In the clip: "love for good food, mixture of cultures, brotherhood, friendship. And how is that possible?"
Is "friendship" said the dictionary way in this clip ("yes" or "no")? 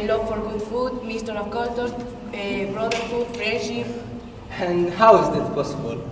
no